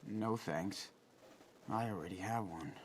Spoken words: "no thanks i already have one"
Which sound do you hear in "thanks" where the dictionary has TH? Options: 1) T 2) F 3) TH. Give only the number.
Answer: 3